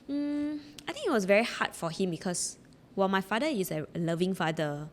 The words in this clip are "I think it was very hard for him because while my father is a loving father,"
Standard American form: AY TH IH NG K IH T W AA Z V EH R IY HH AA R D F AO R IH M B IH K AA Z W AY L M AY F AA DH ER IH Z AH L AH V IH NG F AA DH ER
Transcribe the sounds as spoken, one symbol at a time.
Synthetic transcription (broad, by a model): AY T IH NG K IH T W AA S V EH R IY HH AA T F AO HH IH M B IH K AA S W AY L M AY F AA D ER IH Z AH L AH V IH NG F AA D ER